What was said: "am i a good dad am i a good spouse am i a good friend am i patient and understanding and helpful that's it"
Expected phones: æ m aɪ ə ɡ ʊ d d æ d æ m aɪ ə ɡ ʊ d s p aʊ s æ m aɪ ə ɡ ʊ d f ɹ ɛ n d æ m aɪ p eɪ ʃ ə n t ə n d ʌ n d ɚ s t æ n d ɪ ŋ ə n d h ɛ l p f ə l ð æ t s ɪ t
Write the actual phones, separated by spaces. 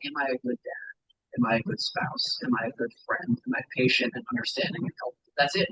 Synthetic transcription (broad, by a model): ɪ m aɪ ə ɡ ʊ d d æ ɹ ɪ m aɪ ə ɡ ʊ d s p aʊ s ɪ m aɪ ə ɡ ʊ d f ɹ ɛ n d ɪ m aɪ p eɪ ʃ ə n t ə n ʌ n d ɚ s t æ n d ɪ ŋ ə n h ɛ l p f ð æ t s ɪ t